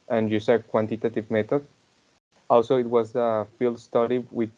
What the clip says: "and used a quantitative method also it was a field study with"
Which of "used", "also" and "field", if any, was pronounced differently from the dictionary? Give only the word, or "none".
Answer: used